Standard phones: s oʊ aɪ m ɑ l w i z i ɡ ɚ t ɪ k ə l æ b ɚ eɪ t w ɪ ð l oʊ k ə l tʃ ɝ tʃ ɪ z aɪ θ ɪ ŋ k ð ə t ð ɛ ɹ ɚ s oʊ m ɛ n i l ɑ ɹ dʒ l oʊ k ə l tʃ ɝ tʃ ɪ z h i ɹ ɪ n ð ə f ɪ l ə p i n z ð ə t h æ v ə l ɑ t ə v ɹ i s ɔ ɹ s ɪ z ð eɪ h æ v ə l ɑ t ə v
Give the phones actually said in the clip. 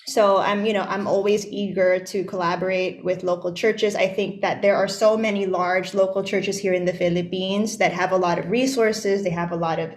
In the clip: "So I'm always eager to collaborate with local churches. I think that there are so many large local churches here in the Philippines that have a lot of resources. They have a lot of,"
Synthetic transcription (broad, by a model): s oʊ aɪ m ɑ l w i z i ɡ ɚ t ɪ k ə l æ b ɚ eɪ t w ɪ ð l oʊ k l tʃ ɝ tʃ ɪ z aɪ θ ɪ ŋ k ð ə t ð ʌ ɹ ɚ s oʊ m ɛ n i l ɑ ɹ dʒ l oʊ k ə l tʃ ɝ tʃ ɪ z h i ɹ ɪ n ð ə f ɪ l ə p i n z ð ə t h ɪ v ə l ɑ t ə v ɹ i s ɔ ɹ s ɪ z ð eɪ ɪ v ə l ɑ t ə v